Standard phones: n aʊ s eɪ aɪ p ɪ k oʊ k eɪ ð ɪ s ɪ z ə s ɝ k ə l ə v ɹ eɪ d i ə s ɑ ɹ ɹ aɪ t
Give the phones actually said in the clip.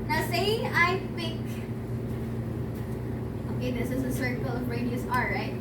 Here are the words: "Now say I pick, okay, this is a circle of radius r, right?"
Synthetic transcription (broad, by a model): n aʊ s eɪ aɪ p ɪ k oʊ k eɪ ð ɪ s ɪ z ə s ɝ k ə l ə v ɹ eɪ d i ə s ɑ l ɹ aɪ t